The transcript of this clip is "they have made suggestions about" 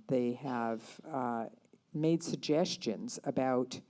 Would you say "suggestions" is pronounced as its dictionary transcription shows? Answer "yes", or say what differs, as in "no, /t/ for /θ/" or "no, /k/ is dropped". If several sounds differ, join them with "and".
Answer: yes